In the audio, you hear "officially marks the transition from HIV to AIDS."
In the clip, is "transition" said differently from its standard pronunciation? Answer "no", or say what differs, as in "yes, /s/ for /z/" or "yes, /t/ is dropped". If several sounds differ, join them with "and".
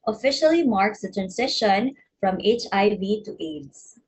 yes, /s/ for /z/